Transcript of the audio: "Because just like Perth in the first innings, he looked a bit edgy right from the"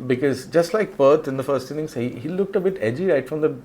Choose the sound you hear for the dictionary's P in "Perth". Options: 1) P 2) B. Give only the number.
2